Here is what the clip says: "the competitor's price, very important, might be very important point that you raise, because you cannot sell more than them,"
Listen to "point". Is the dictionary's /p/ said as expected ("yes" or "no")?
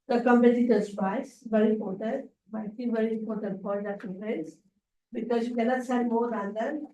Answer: no